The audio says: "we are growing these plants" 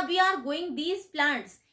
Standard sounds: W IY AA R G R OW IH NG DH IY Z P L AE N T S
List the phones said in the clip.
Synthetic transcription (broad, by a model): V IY AA R G OW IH NG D IY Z P L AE N T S